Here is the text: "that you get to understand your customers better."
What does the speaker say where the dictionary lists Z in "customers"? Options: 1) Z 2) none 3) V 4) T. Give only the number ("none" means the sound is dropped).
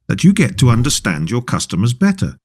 1